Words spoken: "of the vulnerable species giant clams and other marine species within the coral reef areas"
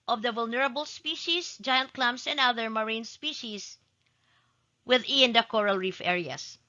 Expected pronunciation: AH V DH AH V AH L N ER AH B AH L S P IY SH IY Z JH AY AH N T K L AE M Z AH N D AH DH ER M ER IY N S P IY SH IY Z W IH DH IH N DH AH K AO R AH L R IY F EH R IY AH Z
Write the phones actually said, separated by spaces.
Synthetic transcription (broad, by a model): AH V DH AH V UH L N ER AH B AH L S P IY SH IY S JH AY AH N T K L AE M S AH N D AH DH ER M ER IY N S P IY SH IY S W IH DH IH N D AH K AO R AH L R IY F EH R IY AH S